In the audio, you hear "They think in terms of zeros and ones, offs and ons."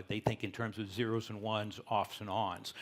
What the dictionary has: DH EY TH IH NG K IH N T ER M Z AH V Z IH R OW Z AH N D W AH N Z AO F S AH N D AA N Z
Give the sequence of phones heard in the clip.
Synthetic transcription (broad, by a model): DH EY TH IH NG K IH N T ER M Z AH V Z IH R OW Z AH N W AH N Z AO F S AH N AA N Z